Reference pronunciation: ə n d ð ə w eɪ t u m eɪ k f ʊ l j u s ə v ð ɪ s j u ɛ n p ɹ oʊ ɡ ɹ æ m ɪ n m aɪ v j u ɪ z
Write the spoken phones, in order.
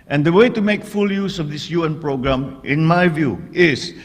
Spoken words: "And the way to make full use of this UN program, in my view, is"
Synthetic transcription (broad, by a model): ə n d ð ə w eɪ t u m eɪ k f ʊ l j u s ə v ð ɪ s j u ɛ n p ɹ oʊ ɡ ɹ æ m ɪ n m aɪ v j u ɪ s